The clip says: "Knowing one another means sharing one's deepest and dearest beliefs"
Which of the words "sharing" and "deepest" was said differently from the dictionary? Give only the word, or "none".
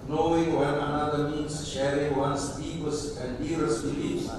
deepest